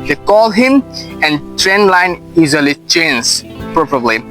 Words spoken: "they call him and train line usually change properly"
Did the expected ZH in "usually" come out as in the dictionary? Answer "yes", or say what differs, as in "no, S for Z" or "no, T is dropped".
no, Z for ZH